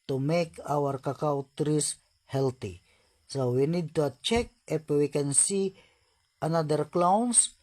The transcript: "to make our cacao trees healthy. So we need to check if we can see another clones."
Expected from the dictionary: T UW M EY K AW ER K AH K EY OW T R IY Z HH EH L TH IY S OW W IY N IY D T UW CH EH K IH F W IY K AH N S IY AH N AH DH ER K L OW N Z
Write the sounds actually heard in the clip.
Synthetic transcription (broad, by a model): T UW M EY K AW ER K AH K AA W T R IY S HH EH L T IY S OW W IY N IY D T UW CH EH K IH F W IY K AH N S IY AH N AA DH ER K L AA N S